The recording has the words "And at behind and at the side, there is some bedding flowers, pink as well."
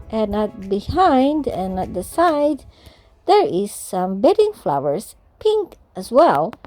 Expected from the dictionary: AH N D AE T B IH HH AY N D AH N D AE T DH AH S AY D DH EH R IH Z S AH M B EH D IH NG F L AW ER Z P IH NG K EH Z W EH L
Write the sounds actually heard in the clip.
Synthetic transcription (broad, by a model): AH N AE T B IH HH AY N D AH N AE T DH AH S AY D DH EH R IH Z S AH M B EH D IH NG F L AW ER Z P IH NG K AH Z W EH L